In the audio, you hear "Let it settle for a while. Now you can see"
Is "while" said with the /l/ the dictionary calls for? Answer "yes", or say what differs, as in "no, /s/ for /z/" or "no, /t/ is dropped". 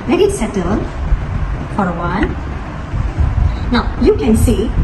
no, /n/ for /l/